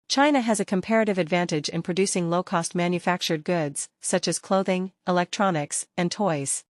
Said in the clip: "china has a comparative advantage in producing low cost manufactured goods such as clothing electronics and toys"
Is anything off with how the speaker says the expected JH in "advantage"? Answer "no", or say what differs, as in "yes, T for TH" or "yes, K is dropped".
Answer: no